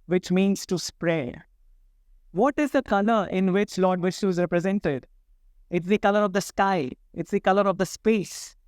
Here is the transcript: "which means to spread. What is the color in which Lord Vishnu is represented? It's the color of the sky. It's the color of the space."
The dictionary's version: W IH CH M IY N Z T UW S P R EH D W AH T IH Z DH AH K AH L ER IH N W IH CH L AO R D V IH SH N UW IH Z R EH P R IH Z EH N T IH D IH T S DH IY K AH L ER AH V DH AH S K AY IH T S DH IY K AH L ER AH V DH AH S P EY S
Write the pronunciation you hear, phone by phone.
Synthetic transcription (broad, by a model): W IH CH M IY N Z T UW S P R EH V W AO T IH Z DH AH K AH L ER IH N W IH CH L AO R D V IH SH UW IH Z R EH P R IH Z EH N T IH D IH T S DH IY K AH L ER AH V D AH S K AY IH T S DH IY K AH L ER AH V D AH S P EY S